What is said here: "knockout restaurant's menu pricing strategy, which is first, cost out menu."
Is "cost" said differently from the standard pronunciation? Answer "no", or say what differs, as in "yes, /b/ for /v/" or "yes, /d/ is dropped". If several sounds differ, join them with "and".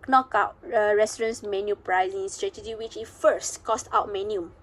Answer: no